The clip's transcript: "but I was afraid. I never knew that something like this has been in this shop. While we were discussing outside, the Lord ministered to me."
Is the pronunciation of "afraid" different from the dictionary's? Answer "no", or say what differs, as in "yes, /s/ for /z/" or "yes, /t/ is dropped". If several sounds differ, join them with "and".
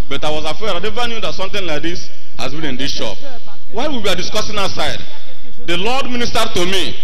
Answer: yes, /ɹ/ is dropped